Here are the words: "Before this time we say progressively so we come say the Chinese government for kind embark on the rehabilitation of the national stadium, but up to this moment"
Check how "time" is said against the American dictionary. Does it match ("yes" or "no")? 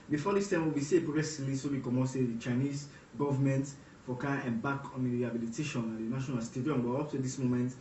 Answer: yes